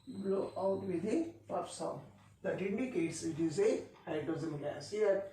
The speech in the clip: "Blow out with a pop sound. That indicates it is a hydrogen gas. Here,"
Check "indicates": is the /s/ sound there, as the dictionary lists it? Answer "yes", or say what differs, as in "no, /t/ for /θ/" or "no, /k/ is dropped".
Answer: yes